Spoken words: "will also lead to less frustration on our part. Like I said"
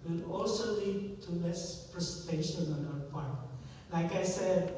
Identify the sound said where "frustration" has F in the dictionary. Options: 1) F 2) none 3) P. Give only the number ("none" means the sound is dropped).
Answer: 3